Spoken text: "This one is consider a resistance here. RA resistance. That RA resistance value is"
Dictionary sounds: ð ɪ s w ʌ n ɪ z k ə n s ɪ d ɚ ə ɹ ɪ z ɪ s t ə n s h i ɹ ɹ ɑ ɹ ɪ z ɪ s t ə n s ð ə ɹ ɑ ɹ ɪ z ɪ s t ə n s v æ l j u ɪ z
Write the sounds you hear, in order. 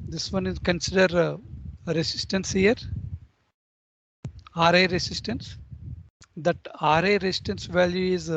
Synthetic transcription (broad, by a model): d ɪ s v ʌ n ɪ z k ə n s ɪ d ɚ ɹ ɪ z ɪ s t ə n s h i ɹ ɹ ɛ ɹ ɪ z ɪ s t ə n s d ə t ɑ ɹ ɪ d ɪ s t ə n s v æ l j u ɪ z